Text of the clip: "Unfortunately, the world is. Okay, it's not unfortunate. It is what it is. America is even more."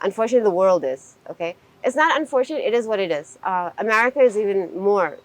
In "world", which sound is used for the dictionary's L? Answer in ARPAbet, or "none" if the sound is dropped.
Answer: L